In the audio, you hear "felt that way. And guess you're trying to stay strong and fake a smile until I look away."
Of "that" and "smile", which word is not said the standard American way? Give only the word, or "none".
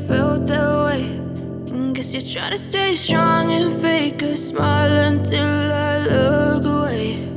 none